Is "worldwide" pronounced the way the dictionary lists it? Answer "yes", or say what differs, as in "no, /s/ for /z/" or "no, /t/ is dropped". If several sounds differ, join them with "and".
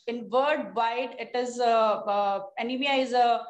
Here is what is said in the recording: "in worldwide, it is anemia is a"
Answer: no, /l/ is dropped